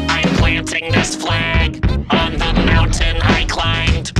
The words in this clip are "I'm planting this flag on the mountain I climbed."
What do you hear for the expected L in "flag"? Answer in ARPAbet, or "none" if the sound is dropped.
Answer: L